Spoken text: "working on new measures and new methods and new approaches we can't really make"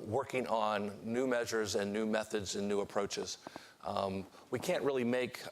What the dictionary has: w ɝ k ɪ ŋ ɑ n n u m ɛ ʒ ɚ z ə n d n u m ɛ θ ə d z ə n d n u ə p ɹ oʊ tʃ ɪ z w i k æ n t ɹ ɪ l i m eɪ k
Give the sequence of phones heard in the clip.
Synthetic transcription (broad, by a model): w ɝ k ɪ ŋ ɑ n n u m ɛ ʒ ɚ z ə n n u m ɛ θ ə d z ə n n u ə p ɹ oʊ tʃ ɪ z w i k æ n t ɹ ɪ l i m eɪ k